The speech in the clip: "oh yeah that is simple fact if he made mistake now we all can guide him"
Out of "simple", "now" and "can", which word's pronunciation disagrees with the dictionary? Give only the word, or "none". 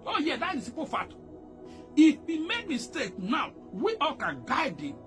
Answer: simple